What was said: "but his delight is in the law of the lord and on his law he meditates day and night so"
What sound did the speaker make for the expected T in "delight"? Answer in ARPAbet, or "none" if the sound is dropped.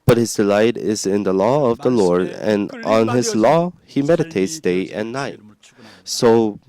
T